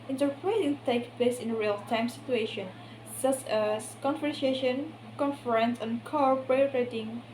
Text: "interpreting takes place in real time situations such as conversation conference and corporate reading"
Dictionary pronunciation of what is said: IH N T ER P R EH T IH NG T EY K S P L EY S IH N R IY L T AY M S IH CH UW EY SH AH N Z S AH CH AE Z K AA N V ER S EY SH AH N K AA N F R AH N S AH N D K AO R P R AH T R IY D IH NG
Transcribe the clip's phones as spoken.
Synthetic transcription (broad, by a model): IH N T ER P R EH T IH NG T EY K P L EY S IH N R IY L T AY M S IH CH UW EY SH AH N S AH CH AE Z K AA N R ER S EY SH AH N K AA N F R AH N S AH N K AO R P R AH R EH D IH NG